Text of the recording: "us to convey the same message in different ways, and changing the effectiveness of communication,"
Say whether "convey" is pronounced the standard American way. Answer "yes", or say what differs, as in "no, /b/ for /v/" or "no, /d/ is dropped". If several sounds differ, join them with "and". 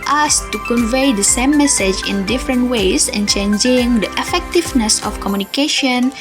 yes